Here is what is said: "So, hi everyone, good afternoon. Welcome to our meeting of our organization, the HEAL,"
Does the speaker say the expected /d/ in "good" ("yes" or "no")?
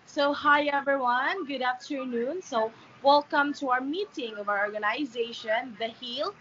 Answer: yes